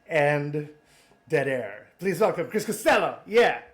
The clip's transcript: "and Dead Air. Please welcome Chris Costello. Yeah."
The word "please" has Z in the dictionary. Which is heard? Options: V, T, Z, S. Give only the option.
Z